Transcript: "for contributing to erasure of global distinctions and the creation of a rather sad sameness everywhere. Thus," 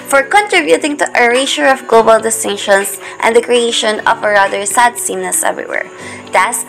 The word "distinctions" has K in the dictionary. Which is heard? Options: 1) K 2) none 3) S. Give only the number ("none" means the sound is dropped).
2